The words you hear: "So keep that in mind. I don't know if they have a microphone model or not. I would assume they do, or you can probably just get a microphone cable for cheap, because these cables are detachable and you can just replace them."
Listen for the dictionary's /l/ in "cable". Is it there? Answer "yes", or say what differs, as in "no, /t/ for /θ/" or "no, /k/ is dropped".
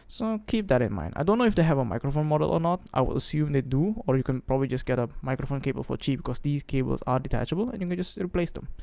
yes